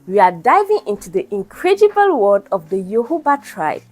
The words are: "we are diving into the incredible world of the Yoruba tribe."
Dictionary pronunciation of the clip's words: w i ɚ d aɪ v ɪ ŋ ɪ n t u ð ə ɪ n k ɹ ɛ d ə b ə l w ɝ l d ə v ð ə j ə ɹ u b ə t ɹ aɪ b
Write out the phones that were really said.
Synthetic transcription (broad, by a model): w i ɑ d aɪ v ɪ ŋ ɪ n t u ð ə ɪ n k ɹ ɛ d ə b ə l w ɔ d ə v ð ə j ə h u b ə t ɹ aɪ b